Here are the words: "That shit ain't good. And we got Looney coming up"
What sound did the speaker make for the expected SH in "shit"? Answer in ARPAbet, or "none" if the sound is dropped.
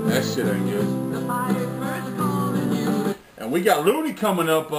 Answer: S